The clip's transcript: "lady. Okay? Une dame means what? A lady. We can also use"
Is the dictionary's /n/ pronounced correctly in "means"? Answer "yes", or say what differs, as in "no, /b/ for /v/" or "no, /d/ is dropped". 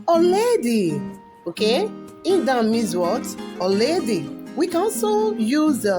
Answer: no, /n/ is dropped